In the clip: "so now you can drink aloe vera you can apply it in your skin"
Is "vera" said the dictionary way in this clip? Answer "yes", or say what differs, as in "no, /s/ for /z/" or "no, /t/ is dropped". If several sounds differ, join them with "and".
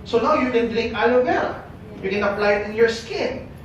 no, /l/ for /ɹ/